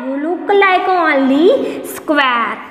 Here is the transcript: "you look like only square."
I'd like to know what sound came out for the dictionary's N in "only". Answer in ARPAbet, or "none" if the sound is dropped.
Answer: none